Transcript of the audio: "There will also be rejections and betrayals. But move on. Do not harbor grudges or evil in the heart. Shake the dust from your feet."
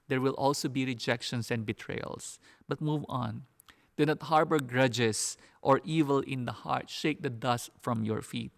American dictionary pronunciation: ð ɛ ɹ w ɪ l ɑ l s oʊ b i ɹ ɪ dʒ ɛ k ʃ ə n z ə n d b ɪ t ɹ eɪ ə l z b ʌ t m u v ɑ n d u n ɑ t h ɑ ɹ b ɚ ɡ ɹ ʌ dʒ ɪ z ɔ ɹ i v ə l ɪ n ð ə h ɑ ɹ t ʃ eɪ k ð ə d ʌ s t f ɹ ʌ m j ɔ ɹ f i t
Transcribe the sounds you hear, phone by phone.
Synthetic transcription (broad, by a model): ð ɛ ɹ w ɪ l ɑ l s oʊ b i ɹ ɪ dʒ ɛ k ʃ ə n s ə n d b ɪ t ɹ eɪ l s b ʌ t m u v ɑ n d u n ɑ t h ɑ ɹ b ɚ ɡ ɹ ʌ dʒ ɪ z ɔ ɹ i v ə l ɪ n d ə h ɑ ɹ t ʃ eɪ k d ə d ʌ s t f ɹ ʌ m j ɔ ɹ f i t